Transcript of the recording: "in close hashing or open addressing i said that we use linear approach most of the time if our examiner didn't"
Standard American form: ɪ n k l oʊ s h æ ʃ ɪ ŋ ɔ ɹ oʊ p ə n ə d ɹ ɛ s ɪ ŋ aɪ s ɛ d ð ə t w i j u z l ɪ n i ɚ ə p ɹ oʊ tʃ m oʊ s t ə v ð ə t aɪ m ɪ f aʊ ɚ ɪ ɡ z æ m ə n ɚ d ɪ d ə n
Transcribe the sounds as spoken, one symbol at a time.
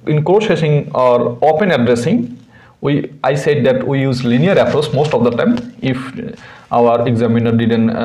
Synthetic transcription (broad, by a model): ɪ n k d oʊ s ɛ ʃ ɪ ŋ ɔ ɹ oʊ p ə n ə d ɹ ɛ s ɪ ŋ aɪ s ɛ d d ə t w i j u z l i n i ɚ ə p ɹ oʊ s m oʊ s t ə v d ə t aɪ m ɪ f aʊ ɚ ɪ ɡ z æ m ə n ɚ d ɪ d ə n